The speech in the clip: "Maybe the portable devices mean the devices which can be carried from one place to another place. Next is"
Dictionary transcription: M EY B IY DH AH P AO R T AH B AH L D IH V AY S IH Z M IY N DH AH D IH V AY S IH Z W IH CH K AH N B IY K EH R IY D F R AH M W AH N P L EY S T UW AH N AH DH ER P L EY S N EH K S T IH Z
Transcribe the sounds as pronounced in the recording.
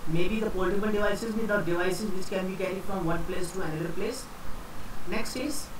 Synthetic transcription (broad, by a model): M EY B IY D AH P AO L T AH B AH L D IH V AY S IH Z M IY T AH D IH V AY S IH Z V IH CH K AH N B IY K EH R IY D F R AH M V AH N P L EY S T UW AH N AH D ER P L EY S N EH K S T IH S